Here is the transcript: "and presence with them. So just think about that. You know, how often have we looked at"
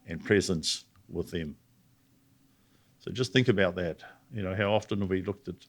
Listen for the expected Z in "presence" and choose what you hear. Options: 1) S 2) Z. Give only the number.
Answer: 2